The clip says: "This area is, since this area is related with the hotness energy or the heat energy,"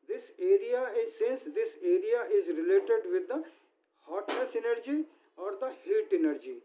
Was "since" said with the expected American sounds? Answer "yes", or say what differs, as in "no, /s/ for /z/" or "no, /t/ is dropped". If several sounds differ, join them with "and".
yes